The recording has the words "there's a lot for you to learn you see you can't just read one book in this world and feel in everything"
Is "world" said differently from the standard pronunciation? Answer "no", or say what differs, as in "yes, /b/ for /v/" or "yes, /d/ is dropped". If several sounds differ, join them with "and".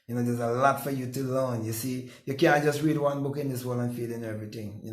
yes, /d/ is dropped